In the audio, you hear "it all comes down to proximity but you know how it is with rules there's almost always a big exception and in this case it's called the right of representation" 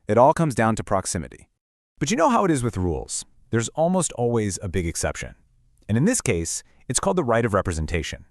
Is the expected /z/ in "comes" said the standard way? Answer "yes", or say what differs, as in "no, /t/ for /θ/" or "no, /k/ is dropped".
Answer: yes